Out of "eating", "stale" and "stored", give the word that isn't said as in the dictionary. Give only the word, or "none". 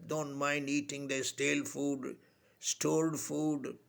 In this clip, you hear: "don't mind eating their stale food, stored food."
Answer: stored